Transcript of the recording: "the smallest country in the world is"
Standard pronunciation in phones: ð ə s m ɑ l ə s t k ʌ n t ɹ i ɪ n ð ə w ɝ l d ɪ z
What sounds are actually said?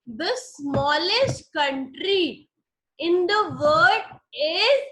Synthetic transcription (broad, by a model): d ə s m ɑ l ə s t k ʌ n t ɹ i ɪ n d ə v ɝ d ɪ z